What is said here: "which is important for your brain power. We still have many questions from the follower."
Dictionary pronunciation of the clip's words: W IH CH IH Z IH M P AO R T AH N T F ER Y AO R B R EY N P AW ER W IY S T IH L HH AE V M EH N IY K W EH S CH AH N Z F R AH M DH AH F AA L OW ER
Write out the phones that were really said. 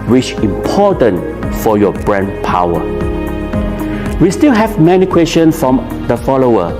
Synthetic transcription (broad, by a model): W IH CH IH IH M P AO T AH N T F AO Y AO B R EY N P AW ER W IY S T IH L HH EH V M EH N IY K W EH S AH N F R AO M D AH F AA L OW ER